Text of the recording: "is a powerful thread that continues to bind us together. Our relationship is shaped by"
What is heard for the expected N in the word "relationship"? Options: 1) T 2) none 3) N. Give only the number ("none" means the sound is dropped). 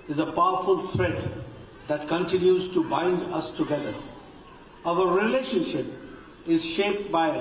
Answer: 3